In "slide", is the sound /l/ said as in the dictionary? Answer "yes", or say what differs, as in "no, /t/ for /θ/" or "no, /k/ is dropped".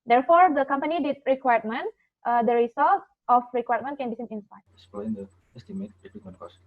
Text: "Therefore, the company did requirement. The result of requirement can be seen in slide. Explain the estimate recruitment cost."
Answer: no, /l/ is dropped